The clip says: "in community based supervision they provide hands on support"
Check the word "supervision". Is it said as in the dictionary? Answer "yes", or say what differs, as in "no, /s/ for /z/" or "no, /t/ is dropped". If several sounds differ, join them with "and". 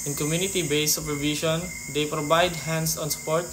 no, /ʃ/ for /ʒ/